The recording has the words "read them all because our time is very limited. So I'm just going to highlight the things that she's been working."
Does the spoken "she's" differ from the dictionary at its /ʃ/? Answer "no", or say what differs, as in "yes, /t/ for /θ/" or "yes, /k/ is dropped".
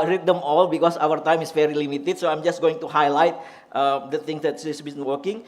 yes, /s/ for /ʃ/